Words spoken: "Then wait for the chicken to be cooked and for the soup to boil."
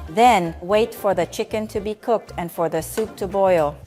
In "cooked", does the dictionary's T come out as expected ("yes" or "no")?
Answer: yes